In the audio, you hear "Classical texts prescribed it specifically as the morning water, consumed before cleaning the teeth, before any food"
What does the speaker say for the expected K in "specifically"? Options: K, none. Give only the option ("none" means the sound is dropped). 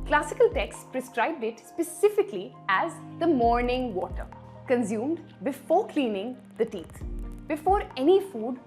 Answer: K